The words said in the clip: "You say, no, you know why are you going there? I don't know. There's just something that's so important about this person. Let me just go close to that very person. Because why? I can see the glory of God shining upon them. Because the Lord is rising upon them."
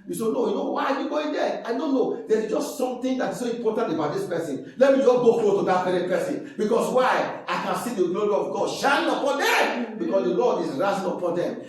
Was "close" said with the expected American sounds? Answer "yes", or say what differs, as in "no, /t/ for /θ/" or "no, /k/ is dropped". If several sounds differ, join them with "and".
no, /s/ is dropped